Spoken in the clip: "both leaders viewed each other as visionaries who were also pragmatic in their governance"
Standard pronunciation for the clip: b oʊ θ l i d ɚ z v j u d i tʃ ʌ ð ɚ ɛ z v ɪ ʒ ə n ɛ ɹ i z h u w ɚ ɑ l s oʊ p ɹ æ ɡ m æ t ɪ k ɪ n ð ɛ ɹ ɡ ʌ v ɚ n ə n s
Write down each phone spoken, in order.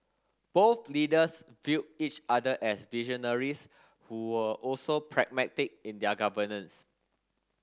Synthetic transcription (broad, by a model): b oʊ θ l i d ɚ s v j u i tʃ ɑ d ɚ ɛ s v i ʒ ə n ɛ ɹ i s h u w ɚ ɑ l s oʊ p ɹ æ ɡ m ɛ t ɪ k ɪ n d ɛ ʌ ɡ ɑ v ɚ n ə n s